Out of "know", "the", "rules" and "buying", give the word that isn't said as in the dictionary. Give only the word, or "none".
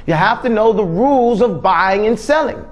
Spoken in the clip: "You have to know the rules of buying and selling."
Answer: none